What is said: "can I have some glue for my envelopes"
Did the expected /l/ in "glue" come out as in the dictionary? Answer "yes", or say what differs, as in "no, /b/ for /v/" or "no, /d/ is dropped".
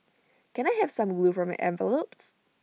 yes